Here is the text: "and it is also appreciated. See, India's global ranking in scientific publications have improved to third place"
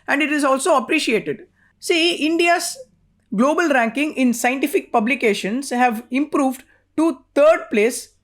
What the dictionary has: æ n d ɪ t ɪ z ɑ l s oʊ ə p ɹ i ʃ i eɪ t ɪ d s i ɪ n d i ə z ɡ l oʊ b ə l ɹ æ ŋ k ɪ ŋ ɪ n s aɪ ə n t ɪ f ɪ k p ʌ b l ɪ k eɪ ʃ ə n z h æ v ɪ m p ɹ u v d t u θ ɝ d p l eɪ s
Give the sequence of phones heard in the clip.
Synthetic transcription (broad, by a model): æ n d ɪ t ɪ z ɑ l s oʊ ə p ɹ i ʃ i eɪ t ɪ d s i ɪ n d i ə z ɡ l oʊ b ə l ɹ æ ŋ k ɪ ŋ ɪ n s aɪ ə n t ɪ f ɪ k p ʌ b l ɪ k eɪ ʃ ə n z h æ v ɪ m p ɹ u v d t u t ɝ d p l eɪ s